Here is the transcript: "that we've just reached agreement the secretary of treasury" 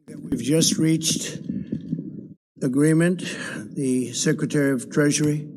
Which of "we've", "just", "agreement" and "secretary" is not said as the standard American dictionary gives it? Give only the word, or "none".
none